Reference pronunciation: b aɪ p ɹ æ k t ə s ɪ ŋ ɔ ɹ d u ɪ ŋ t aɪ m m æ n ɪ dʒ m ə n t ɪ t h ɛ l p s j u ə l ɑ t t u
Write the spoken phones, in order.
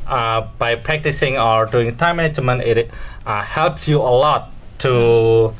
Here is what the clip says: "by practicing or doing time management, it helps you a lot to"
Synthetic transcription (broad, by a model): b aɪ p ɹ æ k t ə s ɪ ŋ ɔ ɹ d u ɪ ŋ t aɪ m m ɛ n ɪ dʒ m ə n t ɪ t h ɛ l p s j u ə l ɑ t t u